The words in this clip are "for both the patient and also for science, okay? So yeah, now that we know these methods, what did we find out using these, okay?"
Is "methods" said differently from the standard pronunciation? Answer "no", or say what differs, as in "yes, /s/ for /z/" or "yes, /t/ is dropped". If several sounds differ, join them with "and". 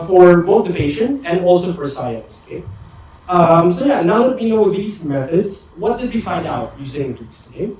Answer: no